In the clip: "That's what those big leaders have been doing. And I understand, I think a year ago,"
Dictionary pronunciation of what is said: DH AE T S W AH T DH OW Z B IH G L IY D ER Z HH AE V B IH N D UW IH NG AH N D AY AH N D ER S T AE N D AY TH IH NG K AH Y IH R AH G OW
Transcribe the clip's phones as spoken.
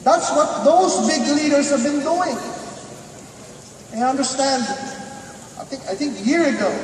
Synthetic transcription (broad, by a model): DH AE T S W AH T DH OW Z B IH G L IY D ER Z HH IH V B IH N D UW IH NG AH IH AH N D ER S T AE N D AY TH IH NG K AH Y IH R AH G OW